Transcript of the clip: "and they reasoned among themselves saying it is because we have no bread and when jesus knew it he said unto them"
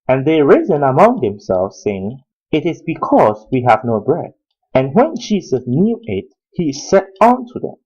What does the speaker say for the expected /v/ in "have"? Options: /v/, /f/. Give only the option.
/v/